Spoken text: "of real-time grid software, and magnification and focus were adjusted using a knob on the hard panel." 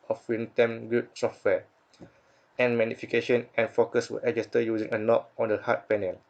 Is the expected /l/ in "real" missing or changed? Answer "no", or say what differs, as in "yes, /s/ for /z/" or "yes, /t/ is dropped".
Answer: yes, /n/ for /l/